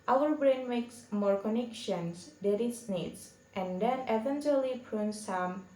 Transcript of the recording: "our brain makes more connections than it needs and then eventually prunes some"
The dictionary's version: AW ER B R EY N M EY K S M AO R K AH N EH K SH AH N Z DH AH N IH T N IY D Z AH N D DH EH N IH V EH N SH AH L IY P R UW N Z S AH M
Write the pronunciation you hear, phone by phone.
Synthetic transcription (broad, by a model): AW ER B R EY N M EY K S M AO R K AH N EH K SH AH N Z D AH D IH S N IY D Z AH N D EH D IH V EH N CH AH L IY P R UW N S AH M